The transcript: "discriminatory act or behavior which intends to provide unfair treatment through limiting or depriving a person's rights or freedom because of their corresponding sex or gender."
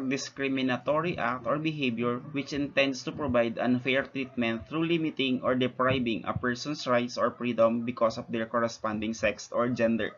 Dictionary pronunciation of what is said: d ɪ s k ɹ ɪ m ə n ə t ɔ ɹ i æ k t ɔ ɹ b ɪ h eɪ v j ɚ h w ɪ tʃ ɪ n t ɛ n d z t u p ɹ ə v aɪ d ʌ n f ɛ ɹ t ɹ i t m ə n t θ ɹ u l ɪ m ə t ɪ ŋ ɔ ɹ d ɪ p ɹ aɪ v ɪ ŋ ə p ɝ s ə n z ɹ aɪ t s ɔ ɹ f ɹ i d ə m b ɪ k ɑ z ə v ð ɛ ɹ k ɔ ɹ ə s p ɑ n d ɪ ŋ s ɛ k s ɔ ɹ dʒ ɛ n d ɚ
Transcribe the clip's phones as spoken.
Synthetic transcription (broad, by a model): d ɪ s k ɹ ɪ m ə n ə t ɔ ɹ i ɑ k t ɔ ɹ b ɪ h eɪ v j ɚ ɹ w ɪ tʃ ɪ n t ɛ n d s t u p ɹ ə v aɪ d ʌ n f ɛ ɹ t ɹ i t m ə n t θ ɹ u l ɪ m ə t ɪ ŋ ɔ ɹ d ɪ p ɹ aɪ b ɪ ŋ ə p ɝ s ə n s ɹ aɪ t s ɔ ɹ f ɹ i d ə m b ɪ k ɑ s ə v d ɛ ɹ k ɔ ɹ ə s p ɑ n d ɪ ŋ s ɛ k s ɔ ɹ dʒ ɛ n d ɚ